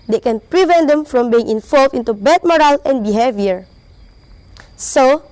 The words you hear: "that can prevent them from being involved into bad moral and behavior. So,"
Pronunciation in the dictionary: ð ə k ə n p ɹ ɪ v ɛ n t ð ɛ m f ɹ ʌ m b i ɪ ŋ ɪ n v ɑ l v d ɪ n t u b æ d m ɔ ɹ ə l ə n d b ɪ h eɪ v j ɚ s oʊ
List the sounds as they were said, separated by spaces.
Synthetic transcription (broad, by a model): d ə k ə n p ɹ ɪ v ɛ n t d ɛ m f ɹ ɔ m b i ɪ ŋ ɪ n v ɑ l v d ɪ n t u b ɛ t m ɔ ɹ ə l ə n b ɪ h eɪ v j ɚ s oʊ